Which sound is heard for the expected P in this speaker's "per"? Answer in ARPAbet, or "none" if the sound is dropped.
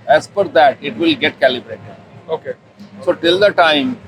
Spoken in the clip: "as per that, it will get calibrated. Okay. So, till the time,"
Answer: F